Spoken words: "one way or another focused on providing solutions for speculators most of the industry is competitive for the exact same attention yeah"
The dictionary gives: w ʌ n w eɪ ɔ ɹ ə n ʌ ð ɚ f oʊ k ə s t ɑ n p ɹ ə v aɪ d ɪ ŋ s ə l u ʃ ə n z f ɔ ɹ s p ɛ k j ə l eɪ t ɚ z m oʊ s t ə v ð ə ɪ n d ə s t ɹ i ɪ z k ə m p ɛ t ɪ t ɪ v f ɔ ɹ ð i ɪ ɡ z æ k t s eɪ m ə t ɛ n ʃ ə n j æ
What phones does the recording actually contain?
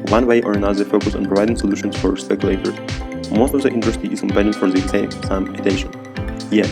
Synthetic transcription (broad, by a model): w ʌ n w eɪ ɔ ɹ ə n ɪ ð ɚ f oʊ k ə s ɑ n p ɹ ə v aɪ d ɪ ŋ s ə l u ʃ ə n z f ɔ ɹ s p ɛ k j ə l eɪ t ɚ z m oʊ s t ə v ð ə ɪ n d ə s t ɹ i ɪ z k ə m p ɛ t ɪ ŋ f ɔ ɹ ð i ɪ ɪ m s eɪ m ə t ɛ ʃ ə n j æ